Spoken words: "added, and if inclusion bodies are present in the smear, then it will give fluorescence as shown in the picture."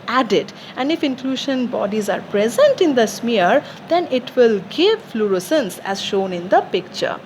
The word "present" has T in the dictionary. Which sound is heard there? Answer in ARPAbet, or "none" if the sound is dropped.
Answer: T